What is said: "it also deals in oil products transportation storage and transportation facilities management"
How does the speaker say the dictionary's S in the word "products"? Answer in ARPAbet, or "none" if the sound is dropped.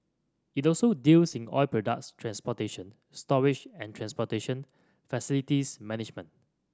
S